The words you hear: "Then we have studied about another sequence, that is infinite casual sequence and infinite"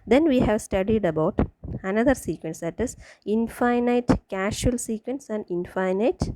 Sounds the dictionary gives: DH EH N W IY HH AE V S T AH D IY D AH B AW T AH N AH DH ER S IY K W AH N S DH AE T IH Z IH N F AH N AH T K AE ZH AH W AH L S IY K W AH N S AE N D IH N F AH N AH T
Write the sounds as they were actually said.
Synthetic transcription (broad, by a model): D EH N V IY HH AE V S T AH D IY D AH B AW T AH N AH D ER S IY K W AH N S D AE T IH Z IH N F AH N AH T K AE SH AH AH L S IY K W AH N S AE N D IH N F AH N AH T